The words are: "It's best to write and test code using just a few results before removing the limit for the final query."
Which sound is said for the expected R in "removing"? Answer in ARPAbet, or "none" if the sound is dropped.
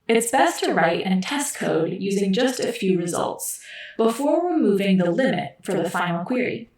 W